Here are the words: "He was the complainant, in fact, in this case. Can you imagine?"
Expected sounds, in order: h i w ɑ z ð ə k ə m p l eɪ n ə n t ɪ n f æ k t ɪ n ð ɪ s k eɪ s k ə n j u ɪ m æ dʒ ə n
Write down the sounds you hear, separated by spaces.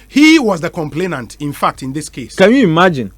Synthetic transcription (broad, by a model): h i w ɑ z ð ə k ə m p l eɪ n ə n t ɪ n f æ k t ɪ n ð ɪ s k eɪ s k ə n j u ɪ m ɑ dʒ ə n